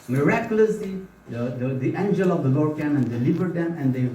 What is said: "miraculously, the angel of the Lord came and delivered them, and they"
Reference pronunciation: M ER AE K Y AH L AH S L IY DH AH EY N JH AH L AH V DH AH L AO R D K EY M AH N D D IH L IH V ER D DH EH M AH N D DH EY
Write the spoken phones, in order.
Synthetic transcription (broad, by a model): M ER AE K Y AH L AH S L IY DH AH EY N JH AH L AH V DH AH L AO R D K EY M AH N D D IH L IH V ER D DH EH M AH N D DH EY